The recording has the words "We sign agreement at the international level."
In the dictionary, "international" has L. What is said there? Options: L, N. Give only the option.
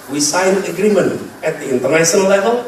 N